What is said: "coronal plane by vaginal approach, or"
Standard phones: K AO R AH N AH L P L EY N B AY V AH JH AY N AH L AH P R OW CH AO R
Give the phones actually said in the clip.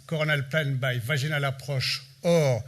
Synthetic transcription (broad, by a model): K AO R N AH L P L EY N B AY V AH ZH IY N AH L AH P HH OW SH AO R